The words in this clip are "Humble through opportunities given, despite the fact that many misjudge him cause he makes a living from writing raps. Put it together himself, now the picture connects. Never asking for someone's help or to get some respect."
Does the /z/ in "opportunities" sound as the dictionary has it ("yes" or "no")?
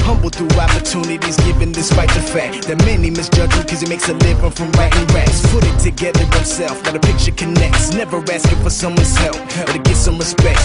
yes